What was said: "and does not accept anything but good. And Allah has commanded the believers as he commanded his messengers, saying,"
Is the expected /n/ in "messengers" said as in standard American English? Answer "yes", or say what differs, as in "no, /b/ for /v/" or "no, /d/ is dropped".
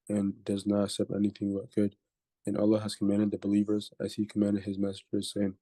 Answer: no, /n/ is dropped